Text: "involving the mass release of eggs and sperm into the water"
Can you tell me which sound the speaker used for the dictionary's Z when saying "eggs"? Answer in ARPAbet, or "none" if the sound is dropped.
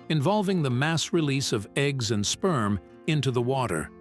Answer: Z